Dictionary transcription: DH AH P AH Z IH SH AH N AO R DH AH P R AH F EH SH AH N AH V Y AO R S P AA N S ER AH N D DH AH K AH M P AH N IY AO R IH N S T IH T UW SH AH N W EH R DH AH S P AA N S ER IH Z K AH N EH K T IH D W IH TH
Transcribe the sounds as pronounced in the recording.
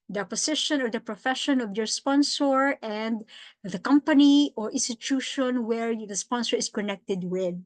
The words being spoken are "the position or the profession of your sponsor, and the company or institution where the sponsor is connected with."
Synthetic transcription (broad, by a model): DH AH P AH S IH SH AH N AO R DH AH P R AH F EH SH AH N AH V Y AO R S P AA N S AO AH N D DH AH K AH M P AH N IY AO R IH N S T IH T UW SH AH N W EH R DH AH S P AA N S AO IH S K AH N EH K T IH D W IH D